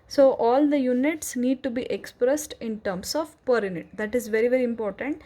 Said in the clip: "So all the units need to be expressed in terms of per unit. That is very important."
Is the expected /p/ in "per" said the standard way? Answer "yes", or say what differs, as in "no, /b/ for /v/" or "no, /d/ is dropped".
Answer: yes